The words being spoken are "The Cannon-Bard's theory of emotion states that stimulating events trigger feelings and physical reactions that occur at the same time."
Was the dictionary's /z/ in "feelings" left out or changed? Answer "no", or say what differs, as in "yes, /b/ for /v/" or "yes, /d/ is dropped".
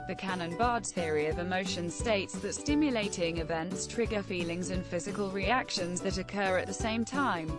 no